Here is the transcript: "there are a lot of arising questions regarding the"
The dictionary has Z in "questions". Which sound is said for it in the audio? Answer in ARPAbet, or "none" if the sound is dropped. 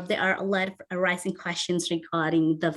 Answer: Z